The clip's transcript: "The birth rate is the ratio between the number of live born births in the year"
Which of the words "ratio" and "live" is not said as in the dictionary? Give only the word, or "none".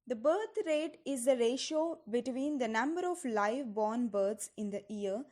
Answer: none